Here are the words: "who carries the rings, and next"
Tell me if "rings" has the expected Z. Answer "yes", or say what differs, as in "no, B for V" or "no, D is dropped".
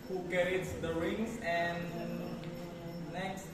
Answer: no, S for Z